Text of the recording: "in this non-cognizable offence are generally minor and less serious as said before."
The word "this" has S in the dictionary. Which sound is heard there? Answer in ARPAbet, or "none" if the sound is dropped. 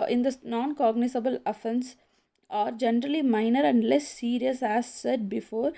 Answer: none